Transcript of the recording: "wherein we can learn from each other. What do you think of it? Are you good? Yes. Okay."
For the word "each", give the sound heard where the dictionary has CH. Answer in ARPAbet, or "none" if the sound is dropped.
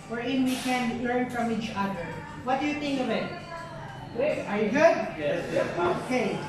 CH